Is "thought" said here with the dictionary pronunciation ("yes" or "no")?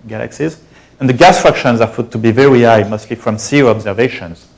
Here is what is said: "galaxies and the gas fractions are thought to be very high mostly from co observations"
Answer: no